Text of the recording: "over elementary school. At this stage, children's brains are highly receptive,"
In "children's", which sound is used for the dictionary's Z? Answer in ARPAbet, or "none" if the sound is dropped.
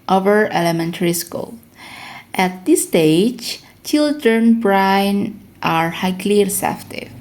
none